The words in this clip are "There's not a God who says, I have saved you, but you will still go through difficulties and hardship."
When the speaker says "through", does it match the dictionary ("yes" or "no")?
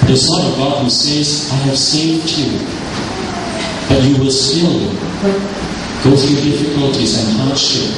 yes